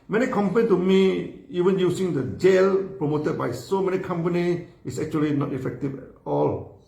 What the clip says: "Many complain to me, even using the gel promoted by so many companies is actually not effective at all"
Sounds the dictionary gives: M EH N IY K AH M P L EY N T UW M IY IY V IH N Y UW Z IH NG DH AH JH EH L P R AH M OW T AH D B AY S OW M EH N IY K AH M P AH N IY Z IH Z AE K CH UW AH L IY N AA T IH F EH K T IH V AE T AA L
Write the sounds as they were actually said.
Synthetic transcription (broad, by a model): M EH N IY K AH M P AH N T UW M IY IY V IH N Y UW S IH NG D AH JH EH L P R AH M OW T AH D B AY S OW M EH N IY K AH M P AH N IY IH S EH K CH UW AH L IY N AA T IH F EH K T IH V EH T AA L